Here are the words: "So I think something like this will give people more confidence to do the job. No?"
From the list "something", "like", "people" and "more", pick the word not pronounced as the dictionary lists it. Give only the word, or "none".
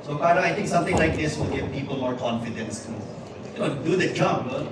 something